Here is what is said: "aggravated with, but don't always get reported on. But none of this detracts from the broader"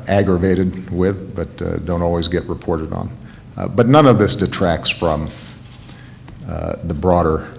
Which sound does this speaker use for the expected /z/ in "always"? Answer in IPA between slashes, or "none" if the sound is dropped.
/z/